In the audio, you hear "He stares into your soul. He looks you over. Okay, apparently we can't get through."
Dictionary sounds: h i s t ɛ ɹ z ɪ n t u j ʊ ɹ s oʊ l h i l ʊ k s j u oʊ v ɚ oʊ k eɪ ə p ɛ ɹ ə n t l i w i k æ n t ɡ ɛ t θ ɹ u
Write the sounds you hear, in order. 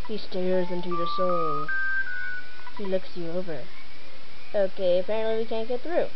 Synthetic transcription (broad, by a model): h i s t ɛ ɹ z ɪ n t u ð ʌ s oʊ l h i l ʊ k s j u oʊ v ɚ oʊ k eɪ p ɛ ə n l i w i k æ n ɡ ɛ t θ ɹ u